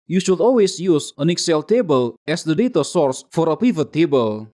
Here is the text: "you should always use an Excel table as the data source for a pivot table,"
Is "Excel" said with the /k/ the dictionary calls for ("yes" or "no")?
yes